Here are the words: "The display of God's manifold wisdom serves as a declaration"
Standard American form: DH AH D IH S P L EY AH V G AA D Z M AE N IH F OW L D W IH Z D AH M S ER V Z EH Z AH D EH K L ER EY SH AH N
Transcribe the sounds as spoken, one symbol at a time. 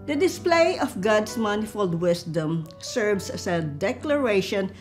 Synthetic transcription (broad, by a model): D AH D IH S P L EY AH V G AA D S M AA N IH F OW L D W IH S D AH M S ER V S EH S AH D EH K L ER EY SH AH N